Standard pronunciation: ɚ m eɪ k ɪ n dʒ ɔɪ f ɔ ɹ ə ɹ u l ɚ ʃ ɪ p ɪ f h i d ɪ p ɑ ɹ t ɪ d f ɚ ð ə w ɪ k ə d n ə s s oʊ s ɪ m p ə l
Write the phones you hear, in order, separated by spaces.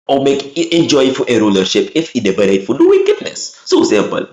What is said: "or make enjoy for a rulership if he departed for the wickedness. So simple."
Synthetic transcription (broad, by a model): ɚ m eɪ k ɪ n dʒ ɔɪ f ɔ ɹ ə ɹ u l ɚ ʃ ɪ p ɪ f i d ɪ b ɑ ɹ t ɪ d f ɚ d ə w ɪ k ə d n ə s s oʊ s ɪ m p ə l